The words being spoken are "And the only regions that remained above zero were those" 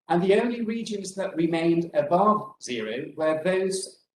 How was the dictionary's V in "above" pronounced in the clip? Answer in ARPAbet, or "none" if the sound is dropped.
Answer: V